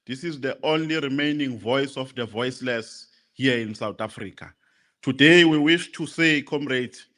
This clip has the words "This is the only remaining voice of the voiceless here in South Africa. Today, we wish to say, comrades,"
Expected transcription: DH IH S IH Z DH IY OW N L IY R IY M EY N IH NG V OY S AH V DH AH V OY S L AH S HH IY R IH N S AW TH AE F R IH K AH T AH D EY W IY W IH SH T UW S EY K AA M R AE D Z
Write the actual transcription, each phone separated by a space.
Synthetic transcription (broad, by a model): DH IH S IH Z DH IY OW N L IY R IY M EY N IH NG V OY S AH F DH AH V OY S L AH S HH IY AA IH N S AW T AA F R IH K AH T AH D EY W IY W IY SH T UW S EY K AA M R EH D